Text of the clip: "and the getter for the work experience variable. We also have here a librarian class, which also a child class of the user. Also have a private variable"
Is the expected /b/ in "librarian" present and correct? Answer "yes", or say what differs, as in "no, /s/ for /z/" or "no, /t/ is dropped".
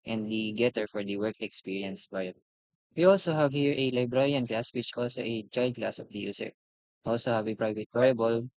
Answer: yes